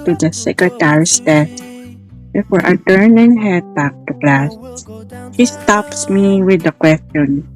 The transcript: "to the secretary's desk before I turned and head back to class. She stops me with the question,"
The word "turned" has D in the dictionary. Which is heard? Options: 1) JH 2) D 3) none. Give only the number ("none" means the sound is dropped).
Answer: 3